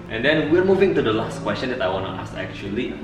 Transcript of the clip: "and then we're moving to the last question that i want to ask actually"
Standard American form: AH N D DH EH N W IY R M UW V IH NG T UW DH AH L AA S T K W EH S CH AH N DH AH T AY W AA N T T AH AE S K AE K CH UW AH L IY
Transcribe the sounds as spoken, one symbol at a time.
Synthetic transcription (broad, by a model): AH N D EH N W IY R M UW V IH NG T UW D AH L AA S T K W EH S CH AH N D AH T AY W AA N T T AH S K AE K CH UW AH L IY